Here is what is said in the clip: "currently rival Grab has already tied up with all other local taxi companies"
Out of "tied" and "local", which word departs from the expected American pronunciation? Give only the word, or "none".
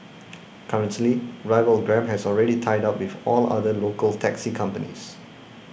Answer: none